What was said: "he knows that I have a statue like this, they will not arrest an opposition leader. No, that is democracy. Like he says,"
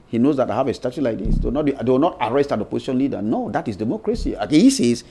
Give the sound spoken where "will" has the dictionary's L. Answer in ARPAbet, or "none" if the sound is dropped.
W